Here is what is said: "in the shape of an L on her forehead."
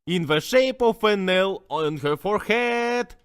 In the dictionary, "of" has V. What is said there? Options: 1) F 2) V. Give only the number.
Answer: 1